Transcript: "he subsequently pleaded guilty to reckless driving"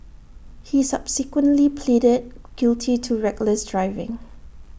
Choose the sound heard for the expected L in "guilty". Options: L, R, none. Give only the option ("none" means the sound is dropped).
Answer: L